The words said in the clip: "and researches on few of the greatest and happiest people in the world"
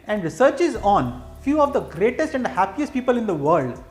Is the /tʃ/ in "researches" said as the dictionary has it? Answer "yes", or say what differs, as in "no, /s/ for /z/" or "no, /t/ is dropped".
yes